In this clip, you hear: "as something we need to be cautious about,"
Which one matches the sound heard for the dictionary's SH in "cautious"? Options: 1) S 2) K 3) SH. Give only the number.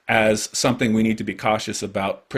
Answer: 3